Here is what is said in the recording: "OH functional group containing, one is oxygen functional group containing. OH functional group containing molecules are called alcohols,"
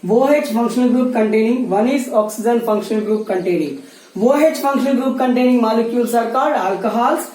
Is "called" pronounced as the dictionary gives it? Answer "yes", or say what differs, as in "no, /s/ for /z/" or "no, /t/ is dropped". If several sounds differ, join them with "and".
no, /l/ is dropped